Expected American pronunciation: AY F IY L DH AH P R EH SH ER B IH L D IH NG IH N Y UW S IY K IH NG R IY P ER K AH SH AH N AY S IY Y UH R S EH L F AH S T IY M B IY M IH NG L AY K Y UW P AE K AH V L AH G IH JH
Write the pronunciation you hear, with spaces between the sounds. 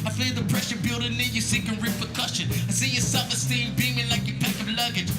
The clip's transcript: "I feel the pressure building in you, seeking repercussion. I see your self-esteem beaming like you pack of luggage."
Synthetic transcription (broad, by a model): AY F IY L DH AH P R EH SH ER B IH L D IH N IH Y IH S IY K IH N R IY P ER K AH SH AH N AY S IY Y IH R S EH F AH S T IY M B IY M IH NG L AY K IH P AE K AH V L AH G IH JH